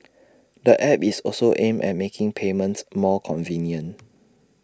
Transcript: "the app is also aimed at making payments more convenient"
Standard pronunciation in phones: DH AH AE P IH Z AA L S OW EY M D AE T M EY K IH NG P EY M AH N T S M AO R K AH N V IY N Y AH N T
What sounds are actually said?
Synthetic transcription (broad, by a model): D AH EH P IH S AA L S OW EY M EH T M EY K IH NG P EY M AH N T S M AO K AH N V IY N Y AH N